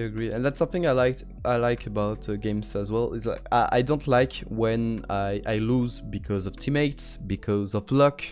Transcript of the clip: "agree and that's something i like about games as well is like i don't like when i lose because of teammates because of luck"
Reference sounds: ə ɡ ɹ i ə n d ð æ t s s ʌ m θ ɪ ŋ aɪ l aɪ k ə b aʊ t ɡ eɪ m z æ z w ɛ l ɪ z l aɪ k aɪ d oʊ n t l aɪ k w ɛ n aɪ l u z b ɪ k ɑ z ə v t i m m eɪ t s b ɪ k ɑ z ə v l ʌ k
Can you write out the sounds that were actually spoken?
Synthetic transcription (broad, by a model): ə ɡ ɹ i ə n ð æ t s s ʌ m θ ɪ ŋ aɪ l aɪ k ə b aʊ t ɡ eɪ m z æ z w ɛ l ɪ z l aɪ k aɪ d oʊ n t l aɪ k w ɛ n aɪ l u z b ɪ k ɑ z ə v t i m m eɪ t s b ɪ k ɑ z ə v l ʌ k